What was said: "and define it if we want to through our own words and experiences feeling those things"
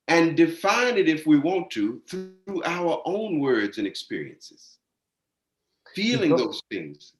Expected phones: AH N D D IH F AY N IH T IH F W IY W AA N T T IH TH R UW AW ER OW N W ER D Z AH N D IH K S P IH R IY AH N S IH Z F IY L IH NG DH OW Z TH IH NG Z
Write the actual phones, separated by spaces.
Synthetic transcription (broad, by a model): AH N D D IH F AY N IH T IH F W IY W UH N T T IH TH R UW AW ER OW N W ER D Z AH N IH K S P IH R IY AH N S IH Z F IY L IH NG DH OW Z TH IH NG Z